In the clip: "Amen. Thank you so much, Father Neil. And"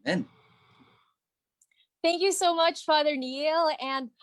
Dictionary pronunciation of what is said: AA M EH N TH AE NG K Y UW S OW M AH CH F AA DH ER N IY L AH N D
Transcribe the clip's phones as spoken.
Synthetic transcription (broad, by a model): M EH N TH AE NG K Y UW S OW M AH CH F AA DH ER N IY L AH N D